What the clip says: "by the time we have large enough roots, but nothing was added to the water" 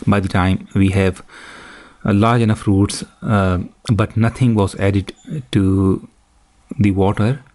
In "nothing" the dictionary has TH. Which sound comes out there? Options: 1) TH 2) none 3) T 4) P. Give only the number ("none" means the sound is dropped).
3